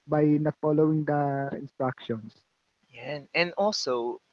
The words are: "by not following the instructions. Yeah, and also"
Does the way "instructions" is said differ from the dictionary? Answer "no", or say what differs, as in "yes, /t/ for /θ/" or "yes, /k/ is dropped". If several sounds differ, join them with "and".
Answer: yes, /s/ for /z/